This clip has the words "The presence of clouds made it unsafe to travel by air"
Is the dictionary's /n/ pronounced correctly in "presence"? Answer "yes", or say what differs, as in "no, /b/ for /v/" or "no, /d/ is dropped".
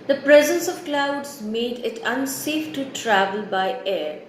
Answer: yes